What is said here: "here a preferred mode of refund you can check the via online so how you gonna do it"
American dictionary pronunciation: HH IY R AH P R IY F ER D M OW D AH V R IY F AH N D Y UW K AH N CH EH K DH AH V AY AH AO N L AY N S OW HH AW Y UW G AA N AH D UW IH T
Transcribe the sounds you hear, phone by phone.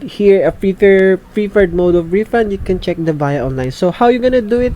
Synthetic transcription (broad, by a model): HH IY R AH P R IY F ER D M OW D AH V R IY F AH N D Y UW K AH N CH EH K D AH B AY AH AO N L AY N S OW HH AW Y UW G AA N AH D UW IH T